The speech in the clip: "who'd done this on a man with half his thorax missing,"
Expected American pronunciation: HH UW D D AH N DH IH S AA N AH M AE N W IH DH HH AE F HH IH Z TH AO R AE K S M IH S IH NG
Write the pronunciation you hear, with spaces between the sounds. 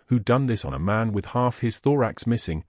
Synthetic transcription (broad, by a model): HH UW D D AH N DH IH S N AH M AE N W IH DH HH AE F HH IH Z TH AO R AE K S M IH S IH NG